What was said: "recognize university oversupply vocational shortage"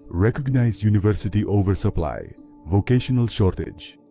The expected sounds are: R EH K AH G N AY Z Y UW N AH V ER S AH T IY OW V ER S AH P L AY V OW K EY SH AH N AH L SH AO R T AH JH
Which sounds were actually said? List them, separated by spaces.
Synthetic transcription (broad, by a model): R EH K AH G N AY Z Y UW N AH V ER S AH T IY OW V ER S AH P L AY V OW K EY SH AH N AH L SH AO R T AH JH